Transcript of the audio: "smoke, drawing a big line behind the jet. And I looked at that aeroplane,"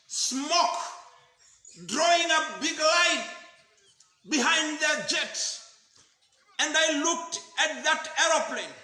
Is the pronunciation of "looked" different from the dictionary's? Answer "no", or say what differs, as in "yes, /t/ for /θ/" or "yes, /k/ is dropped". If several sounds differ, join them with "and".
no